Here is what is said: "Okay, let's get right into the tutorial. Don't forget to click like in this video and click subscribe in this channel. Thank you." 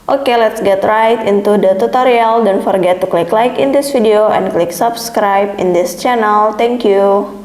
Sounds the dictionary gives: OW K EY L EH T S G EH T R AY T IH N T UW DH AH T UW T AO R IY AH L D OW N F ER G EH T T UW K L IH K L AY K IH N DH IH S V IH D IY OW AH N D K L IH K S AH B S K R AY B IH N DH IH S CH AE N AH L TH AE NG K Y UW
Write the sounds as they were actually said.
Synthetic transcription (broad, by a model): OW K EY L EH T S G EH T R AY T IH N T UW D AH T UW T AO R IY AH L D OW N F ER G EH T T UW K L IH K L AY K IH N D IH S F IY D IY OW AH N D K L IH K S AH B S K R AY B IH N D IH S CH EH N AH L T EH NG K Y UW